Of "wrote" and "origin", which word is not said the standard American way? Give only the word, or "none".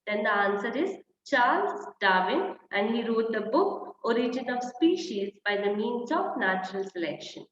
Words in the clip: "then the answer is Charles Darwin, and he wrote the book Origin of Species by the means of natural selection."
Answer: none